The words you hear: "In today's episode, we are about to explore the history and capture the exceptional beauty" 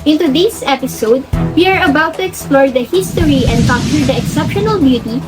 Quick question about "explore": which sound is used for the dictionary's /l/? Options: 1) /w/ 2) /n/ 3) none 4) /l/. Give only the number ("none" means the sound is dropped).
4